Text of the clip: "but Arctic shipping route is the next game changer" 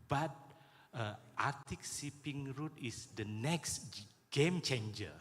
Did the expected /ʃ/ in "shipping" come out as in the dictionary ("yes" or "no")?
no